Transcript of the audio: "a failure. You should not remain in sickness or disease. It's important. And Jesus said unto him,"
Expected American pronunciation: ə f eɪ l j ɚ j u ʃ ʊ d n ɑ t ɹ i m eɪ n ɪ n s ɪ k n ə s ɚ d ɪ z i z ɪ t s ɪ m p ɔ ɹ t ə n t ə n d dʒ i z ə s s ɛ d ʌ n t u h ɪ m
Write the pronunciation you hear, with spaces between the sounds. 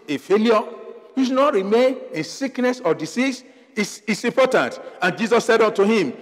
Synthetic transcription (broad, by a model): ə f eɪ l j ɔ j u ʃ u n ɑ t ɹ i m eɪ n ɪ n s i k n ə s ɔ d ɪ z i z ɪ s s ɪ m p ɔ t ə n t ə n dʒ i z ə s s ɛ d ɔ n t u h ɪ m